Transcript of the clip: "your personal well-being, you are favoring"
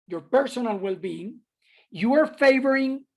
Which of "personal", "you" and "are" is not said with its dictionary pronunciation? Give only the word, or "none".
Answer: none